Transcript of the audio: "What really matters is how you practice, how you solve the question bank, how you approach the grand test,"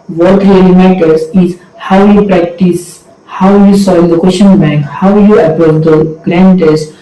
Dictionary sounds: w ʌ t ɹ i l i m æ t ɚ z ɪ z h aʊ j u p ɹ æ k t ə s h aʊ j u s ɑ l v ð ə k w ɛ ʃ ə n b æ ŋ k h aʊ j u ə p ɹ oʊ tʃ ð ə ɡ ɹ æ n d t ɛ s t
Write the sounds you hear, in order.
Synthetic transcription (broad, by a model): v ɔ t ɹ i l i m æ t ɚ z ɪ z h aʊ j u p ɹ æ k t ə s h aʊ j u s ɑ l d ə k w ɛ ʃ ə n b æ ŋ k h aʊ j u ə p oʊ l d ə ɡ ɹ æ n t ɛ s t